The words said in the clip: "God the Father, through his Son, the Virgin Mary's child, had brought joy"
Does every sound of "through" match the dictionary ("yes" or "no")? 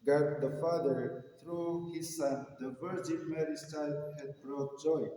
no